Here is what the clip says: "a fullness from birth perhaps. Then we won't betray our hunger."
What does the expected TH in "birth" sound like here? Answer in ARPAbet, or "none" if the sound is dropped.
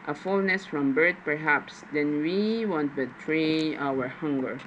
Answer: T